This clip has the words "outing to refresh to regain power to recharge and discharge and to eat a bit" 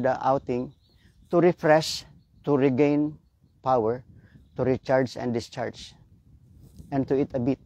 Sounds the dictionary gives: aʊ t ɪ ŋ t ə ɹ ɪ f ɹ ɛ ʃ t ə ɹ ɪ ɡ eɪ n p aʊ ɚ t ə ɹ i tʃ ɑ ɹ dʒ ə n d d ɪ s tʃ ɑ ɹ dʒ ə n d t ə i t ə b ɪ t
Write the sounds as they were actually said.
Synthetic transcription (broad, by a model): aʊ t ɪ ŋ t ə ɹ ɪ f ɹ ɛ s t ə ɹ ɪ ɡ eɪ n p aʊ ɚ t ə ɹ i tʃ ɑ ɹ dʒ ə n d d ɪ s tʃ ɑ ɹ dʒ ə n t ə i t ə b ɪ t